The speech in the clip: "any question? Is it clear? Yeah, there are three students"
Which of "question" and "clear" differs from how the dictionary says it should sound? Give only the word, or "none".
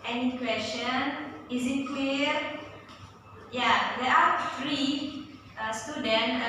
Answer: clear